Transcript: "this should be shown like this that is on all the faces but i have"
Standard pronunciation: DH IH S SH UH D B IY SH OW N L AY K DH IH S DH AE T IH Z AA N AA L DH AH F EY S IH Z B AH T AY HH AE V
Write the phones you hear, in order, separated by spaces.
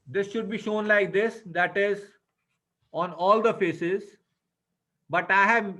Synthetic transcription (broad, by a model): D IH S SH UH D B IY SH OW N L AY K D IH S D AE T IH Z AA N AA L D AH F EY S IH Z B AH T AY HH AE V